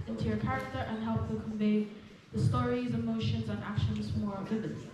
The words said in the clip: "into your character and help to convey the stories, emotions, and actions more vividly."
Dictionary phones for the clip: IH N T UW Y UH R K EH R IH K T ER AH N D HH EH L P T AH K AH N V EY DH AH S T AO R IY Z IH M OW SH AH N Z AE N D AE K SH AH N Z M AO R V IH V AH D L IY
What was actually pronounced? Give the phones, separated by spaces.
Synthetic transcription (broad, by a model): IH N T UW Y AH R K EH R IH K T ER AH N HH EH L P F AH K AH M V EY DH AH S T AO R IY Z IH M OW SH AH N Z N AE K SH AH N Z M AO R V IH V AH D